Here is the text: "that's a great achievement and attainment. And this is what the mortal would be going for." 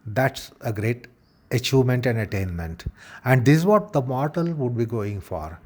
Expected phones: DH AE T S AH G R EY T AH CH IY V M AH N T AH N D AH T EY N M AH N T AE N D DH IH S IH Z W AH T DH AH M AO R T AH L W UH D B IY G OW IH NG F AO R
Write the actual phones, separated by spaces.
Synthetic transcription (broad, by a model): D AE T S AH G R EY T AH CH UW M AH N T AH N D AH T EY N M AH N T AE N D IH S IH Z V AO T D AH M AO R T AH L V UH D B IY G OW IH NG F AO R